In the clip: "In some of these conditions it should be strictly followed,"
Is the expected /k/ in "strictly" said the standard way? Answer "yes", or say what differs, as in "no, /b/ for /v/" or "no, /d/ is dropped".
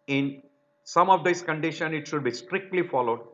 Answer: yes